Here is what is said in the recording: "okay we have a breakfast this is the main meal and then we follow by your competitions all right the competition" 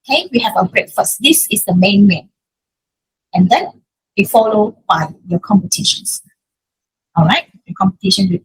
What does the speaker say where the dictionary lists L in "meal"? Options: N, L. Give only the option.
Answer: N